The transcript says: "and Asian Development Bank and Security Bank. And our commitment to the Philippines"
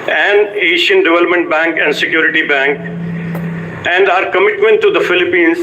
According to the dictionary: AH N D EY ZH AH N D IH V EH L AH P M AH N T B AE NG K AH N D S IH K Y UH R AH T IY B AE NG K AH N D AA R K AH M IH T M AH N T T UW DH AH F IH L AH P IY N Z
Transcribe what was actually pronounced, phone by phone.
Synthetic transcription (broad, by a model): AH N D EY SH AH N D IH V EH L AH P M AH N T B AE NG K AH N D S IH K Y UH R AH T IY B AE NG K AH N D AA R K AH M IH T M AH N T T UW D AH F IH L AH P IY N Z